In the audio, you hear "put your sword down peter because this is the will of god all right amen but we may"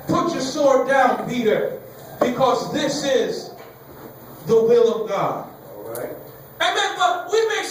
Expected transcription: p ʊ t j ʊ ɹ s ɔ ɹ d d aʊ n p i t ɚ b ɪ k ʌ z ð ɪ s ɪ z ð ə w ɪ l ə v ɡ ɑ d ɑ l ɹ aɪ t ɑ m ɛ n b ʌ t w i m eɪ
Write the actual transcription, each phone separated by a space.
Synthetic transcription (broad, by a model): p ʊ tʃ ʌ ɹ s ɔ ɹ d d aʊ n p i t ɚ b ɪ k ʌ z ð ɪ s ɪ z ð ə w ɪ l ə v ɡ ɑ d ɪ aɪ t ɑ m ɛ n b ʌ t w i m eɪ